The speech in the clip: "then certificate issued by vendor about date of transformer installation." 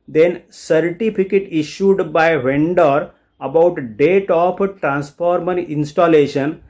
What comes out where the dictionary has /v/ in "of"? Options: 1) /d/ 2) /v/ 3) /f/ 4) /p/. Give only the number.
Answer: 4